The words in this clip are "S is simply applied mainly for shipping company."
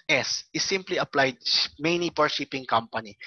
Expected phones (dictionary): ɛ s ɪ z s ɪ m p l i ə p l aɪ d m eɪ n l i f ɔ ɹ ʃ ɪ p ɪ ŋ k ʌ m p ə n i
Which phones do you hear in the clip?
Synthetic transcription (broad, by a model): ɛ s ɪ s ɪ m p l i ə p l aɪ d m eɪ n i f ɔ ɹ ʃ ɪ p ɪ ŋ k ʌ m p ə n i